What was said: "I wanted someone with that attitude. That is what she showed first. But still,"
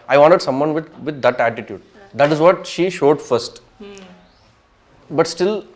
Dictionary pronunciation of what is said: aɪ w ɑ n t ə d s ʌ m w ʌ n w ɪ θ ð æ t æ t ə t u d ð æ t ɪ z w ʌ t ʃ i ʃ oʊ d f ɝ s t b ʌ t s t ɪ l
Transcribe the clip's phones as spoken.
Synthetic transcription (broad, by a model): aɪ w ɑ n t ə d s ʌ m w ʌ n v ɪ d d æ t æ t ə t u d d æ t ɪ z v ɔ t ʃ i ʃ oʊ d f ɝ s t b ʌ t s t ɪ l